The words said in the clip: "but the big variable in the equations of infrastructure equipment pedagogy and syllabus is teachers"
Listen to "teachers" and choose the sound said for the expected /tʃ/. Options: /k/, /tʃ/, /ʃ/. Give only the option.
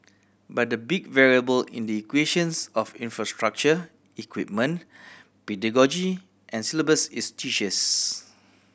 /ʃ/